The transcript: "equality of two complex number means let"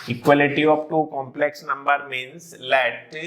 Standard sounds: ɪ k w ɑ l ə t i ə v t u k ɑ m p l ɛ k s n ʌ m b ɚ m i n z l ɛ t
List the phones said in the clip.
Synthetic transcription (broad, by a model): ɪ k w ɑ l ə t i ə p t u k ɑ m p l ɛ k s n ʌ m b ɚ m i n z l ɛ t